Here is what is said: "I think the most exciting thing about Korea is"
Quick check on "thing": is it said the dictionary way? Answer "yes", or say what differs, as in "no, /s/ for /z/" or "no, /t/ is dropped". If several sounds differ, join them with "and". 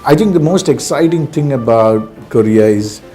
no, /t/ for /θ/